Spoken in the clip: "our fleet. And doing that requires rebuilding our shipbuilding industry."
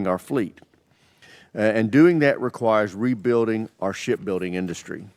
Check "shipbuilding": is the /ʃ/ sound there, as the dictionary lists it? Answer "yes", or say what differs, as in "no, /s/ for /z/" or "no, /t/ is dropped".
yes